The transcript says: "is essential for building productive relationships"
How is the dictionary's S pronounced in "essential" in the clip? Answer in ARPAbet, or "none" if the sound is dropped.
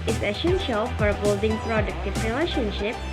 SH